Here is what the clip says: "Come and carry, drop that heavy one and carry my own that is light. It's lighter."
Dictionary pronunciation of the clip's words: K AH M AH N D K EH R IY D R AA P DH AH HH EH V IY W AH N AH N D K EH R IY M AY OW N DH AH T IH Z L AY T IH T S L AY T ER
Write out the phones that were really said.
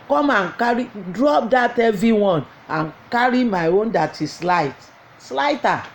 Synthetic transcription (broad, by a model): K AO M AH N K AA R IY D R AA P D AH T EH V IY W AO N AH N K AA R IY M AY OW N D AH T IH S L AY IH T S L AY T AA